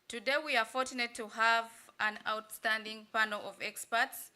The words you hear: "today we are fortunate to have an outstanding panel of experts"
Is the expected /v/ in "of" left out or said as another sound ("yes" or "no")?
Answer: no